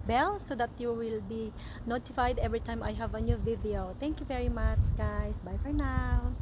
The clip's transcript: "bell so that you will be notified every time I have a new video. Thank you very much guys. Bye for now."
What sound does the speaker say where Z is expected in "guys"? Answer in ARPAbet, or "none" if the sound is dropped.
S